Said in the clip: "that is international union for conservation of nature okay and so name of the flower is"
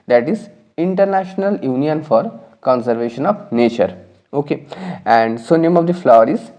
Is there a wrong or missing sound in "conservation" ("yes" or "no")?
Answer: no